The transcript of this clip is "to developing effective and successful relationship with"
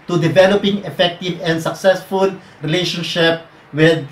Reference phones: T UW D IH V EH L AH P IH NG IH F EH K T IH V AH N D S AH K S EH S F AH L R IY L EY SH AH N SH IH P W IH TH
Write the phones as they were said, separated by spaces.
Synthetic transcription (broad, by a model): T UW D IH V EH L AH P IH NG IH F EH K T IH V AH N D S AH K S EH S F AH L R IY L EY SH AH N SH IH P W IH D